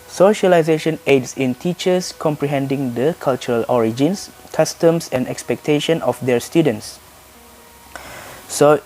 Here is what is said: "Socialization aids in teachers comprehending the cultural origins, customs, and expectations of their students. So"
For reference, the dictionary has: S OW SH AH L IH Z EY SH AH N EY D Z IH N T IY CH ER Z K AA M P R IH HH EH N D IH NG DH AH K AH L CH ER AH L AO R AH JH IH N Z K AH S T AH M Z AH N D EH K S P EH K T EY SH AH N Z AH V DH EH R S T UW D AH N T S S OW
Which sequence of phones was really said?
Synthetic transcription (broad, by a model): S OW SH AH L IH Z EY SH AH N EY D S IH N T IY CH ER S K AA M P R IH HH EH N D IH NG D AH K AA L CH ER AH L AO R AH JH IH N S K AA S T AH M S AH N D EH K S P EH K T EY SH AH N AH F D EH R S T UW D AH N T S S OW